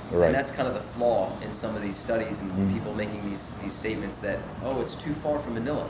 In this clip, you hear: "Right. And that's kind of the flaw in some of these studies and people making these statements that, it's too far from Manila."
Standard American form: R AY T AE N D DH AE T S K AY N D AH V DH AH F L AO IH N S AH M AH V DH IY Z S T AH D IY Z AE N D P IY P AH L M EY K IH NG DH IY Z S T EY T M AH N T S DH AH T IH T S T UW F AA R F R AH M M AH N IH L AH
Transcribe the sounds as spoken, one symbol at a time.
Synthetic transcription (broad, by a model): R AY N DH AE T S K AY N D AH V DH AH F L AO IH N S AH M AH V DH IY Z S T AH D IY Z N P IY P L M EY K IH NG DH IY Z S T EY T M AH N T S DH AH T IH T S T UW F AA R F R AH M M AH N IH L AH